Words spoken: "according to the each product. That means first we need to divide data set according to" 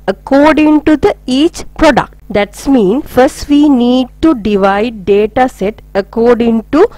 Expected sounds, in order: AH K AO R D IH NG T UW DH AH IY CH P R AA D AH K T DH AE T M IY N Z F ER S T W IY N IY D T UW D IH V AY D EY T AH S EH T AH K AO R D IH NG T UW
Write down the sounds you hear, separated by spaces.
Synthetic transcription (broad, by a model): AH K AO R D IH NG T UW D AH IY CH P R AA D AH K T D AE T M IY N F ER S T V IY N IY D T UW D IH V AY D EY T AH S EH T AH K AO R D IH NG T UW